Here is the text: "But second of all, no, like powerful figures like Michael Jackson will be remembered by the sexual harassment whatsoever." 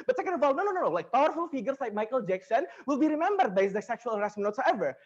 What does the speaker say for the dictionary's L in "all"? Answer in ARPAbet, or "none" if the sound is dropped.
N